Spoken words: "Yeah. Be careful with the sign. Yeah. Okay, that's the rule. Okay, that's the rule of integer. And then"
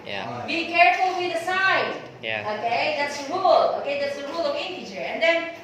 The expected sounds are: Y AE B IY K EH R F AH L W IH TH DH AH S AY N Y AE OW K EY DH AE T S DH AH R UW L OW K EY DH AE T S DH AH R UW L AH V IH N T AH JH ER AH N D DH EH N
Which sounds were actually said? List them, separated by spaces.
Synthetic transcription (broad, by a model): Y B IY K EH R F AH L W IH DH AH S AY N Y OW K EY DH AE T S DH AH R UW L OW K EY DH AE T S DH AH R UW L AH W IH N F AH CH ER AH N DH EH N